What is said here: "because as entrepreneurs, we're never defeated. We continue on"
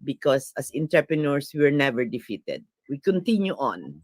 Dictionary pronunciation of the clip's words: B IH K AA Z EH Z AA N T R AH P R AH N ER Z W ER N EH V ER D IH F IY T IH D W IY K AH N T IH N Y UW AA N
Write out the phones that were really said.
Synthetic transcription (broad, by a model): B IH K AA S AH S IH N T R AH P R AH N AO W W ER N EH V ER D IH F IY T IH D W IY K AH N T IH N Y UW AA N